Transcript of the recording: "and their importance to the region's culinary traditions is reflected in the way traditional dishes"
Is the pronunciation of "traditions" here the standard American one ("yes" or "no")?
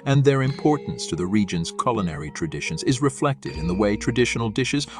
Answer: yes